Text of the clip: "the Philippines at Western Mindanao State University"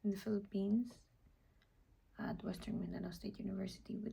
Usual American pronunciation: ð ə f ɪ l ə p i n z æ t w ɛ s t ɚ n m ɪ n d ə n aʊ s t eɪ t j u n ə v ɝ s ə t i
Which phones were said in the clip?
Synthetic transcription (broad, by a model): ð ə f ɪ l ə p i n s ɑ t w ɛ s t ɚ n m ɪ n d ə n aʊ s t eɪ t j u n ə v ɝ s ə t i